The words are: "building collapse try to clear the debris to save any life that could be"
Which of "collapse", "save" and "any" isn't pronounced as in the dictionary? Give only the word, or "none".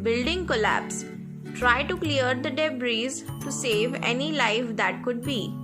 none